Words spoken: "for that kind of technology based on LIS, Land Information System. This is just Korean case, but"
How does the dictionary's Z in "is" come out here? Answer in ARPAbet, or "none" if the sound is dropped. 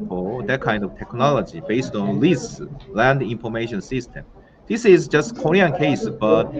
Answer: Z